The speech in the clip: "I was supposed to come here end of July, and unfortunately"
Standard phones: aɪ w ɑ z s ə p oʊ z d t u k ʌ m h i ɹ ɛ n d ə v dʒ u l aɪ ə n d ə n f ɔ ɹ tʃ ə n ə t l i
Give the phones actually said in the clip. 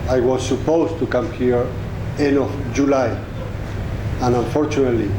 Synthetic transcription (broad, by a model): aɪ w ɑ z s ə p oʊ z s t u k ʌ m h i ɹ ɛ n ə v dʒ u l aɪ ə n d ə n f ɔ ɹ tʃ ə n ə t l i